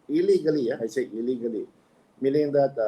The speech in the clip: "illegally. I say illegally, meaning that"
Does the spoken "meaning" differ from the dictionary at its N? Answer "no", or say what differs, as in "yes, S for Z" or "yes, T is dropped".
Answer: yes, L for N